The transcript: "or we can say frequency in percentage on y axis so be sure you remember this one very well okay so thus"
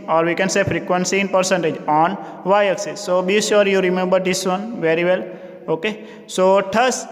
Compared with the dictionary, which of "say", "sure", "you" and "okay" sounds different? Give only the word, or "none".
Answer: sure